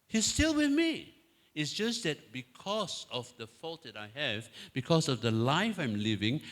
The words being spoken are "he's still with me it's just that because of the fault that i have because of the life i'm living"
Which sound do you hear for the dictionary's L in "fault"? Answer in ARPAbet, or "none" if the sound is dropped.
L